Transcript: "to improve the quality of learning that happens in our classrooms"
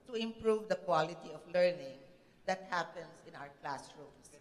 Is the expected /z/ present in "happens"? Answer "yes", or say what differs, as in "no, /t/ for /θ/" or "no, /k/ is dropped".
no, /s/ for /z/